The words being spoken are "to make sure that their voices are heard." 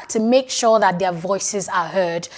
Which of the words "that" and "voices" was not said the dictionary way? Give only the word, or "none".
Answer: none